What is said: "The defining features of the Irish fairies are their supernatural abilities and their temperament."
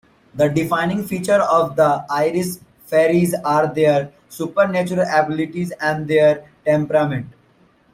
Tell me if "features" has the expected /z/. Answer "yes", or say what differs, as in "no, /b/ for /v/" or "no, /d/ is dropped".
no, /z/ is dropped